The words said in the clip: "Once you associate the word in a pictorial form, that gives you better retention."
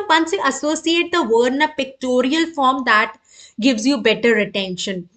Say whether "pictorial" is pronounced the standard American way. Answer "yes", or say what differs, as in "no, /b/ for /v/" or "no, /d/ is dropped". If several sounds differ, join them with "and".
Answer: yes